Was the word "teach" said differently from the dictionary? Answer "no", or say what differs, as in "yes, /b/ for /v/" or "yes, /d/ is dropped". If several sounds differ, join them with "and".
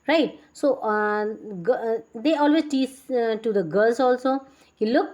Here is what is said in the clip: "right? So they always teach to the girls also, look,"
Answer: yes, /s/ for /tʃ/